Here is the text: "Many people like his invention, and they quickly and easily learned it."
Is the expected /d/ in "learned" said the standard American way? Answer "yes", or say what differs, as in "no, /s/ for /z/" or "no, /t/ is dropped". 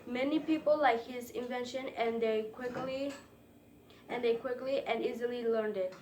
yes